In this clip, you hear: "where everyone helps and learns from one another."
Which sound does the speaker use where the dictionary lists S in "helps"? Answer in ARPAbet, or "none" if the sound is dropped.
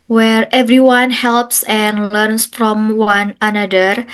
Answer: S